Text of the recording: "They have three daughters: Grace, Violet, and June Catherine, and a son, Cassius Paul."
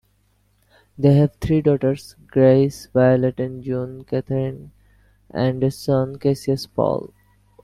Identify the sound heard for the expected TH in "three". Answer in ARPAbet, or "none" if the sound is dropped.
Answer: T